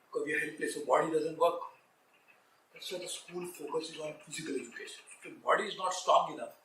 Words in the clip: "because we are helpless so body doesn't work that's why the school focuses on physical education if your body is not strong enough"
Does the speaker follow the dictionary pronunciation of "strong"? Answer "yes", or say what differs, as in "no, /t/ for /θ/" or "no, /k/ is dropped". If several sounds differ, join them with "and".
no, /ɹ/ is dropped